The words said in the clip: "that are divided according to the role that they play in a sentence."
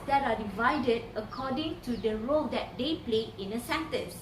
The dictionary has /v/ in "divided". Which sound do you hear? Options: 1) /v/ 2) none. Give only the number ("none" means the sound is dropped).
1